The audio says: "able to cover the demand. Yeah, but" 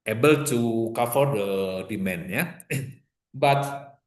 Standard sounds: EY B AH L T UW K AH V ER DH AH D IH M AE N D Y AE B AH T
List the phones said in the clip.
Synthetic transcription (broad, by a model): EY B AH L T UW K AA F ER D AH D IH M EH N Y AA B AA T